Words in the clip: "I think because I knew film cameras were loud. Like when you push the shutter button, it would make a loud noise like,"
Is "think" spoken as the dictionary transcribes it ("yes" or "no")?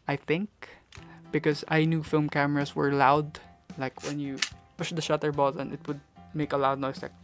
yes